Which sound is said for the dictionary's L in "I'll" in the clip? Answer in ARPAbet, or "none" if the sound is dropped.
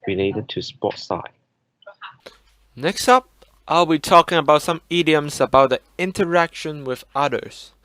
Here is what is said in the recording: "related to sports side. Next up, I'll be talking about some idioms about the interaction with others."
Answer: L